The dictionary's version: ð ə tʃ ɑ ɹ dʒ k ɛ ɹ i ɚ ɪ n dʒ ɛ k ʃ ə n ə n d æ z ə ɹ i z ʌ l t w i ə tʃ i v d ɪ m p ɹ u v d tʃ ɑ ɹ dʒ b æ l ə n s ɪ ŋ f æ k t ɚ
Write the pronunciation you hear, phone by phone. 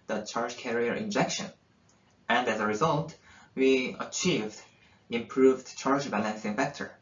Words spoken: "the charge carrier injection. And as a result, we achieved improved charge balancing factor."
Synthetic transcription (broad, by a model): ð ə tʃ ɑ ɹ dʒ k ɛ ɹ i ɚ ɪ n dʒ ɛ k ʃ ə n ə n d æ z ə ɹ i z ʌ l t w i ə tʃ i v d ɪ m p ɹ u v d tʃ ɑ ɹ dʒ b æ l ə n s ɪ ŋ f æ k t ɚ